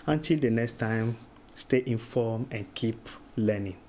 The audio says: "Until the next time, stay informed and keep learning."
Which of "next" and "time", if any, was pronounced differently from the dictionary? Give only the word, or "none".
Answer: none